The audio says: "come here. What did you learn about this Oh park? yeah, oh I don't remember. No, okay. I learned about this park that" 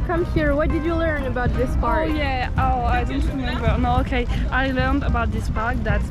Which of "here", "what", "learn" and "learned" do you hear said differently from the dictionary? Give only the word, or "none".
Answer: none